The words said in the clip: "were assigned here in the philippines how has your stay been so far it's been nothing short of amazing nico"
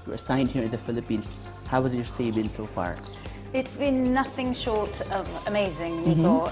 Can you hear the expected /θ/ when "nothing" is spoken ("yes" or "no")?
yes